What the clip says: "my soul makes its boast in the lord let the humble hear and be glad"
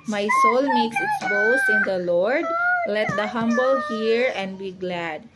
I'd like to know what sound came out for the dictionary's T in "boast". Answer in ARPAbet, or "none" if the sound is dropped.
none